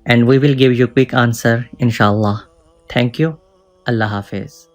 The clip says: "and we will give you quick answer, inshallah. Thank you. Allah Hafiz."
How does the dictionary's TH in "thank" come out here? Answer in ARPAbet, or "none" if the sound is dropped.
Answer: T